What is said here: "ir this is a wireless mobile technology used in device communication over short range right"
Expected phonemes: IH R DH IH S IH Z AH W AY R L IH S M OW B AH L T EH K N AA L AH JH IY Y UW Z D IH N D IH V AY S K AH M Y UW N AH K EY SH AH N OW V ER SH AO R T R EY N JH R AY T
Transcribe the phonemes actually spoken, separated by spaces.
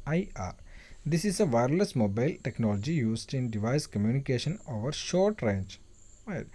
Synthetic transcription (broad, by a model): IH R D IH S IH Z AH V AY R L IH S M OW B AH L T EH K N AA L AH JH IY Y UW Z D IH N D IH V AY S K AH M Y UW N AH K EY SH AH N OW V ER SH AO R T R EY N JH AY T